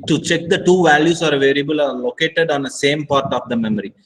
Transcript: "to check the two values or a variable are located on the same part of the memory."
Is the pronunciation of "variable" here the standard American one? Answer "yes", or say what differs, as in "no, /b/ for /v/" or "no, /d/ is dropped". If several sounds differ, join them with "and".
yes